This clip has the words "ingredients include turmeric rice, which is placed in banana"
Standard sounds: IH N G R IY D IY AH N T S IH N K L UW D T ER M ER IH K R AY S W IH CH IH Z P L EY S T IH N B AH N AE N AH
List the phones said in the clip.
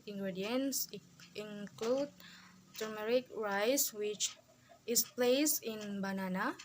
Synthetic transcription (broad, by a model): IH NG G R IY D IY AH N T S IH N K L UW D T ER M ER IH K R AY S W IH CH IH S P L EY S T IH N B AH N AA N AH